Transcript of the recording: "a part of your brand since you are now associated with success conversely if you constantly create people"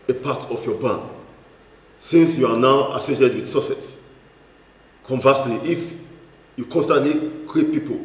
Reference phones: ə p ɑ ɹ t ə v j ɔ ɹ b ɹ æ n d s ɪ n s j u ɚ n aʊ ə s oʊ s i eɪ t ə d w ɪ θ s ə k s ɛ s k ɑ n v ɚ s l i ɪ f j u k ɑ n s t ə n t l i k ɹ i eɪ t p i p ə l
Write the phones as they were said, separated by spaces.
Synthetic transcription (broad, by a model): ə p ɑ t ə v j ɔ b ɑ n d s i n s j u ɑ n aʊ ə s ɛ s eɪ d w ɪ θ s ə s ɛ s k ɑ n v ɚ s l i ɪ f j u k ɑ n s t ə n t l i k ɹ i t p i p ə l